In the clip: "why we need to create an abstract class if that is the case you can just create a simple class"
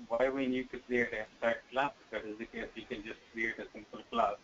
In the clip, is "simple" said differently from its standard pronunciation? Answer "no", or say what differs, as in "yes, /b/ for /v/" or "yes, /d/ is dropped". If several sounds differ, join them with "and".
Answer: no